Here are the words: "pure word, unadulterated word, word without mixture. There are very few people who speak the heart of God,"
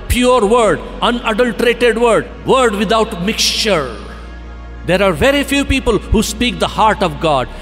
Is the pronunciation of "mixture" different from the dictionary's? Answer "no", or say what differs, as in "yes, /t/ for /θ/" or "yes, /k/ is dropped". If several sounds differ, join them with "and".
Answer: no